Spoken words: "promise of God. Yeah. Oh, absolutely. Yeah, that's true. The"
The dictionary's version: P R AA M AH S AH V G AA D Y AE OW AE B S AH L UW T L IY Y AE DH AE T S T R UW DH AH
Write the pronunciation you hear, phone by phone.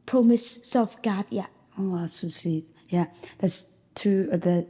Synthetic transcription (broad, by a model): P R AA M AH S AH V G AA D Y AE OW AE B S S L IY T Y AE DH AE T S T UW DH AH